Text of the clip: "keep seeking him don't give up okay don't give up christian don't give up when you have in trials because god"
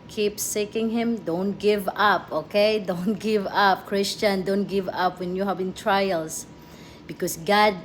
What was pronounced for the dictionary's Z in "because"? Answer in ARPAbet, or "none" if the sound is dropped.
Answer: S